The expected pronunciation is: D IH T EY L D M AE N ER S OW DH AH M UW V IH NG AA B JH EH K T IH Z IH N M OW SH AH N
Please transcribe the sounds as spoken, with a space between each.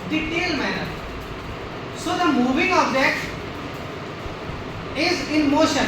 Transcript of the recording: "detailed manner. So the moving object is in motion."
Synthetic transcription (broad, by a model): D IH T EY L M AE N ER S OW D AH M UW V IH NG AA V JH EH T IH Z IH N M OW SH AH N